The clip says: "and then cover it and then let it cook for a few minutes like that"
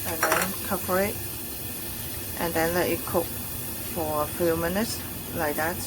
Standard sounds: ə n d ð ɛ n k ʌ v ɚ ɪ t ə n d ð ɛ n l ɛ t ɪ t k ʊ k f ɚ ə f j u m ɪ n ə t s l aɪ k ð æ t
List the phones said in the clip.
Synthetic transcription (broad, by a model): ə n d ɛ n k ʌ p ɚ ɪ t ə n d ɛ n l ɛ t ɪ t k ʊ k f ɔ ə f j u m ɪ n ə t s l aɪ k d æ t